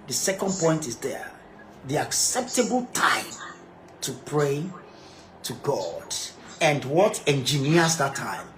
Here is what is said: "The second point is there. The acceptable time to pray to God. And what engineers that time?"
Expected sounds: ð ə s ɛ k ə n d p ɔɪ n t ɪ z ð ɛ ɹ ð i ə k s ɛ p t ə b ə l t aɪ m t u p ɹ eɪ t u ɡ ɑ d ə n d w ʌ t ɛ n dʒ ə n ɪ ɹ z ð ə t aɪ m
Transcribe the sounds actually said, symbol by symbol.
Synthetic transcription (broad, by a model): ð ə s ɛ k ə n d p ɔɪ n t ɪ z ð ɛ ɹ ð i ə k s ɛ p t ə b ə l t aɪ m t u p ɹ eɪ t u ɡ ɑ d ə n d w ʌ t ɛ n dʒ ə n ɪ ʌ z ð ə t aɪ m